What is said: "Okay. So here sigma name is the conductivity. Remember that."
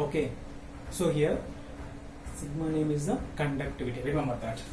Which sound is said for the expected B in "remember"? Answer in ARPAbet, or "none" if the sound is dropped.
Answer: none